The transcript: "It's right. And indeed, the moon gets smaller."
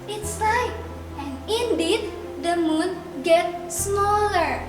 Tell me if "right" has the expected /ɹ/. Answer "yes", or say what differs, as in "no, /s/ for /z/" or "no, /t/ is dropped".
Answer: no, /l/ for /ɹ/